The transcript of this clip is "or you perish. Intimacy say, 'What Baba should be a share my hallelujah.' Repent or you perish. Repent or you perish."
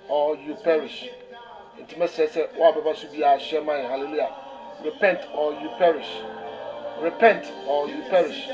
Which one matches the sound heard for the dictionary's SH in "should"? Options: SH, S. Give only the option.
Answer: S